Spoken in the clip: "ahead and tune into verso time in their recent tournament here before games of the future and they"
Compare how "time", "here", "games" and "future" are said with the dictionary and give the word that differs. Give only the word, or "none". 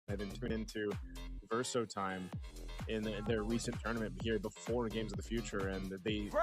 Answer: none